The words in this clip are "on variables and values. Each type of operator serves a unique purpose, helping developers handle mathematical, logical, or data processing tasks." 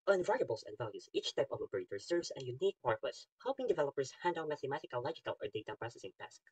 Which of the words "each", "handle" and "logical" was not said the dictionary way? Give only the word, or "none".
handle